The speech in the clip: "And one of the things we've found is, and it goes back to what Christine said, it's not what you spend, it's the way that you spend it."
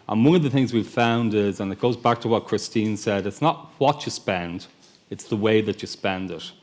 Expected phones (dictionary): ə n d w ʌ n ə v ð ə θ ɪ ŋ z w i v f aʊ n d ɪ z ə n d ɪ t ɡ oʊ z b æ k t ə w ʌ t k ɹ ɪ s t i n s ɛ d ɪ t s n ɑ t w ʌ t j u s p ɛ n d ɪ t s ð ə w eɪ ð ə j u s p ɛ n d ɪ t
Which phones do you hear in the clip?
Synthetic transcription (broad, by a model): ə n w ʌ n ə v ð ə θ ɪ ŋ z w i v f aʊ n d ɪ z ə n ɪ t ɡ oʊ z b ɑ k t ə w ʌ t k ɹ ɪ s t i n s ɛ d ɪ t s n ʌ t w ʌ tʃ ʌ s p ɛ n d ɪ t s ð ə w eɪ ð ə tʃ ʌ s p ɛ n d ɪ t